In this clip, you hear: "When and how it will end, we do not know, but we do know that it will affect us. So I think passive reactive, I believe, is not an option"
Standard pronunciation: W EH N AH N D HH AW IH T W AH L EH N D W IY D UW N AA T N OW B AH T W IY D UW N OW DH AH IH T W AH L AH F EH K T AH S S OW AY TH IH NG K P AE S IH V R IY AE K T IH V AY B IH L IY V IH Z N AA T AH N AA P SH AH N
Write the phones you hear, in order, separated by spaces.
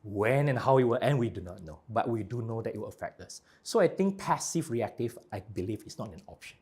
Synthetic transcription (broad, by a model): W EH N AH N HH AW IH T W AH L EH N W IY D UW N AA T N OW B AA T W IY D UW N OW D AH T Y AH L AH F EH K T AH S S OW AY T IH NG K P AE S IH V R IY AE K T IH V AY B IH L IY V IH S N AA T AH N AA P SH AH N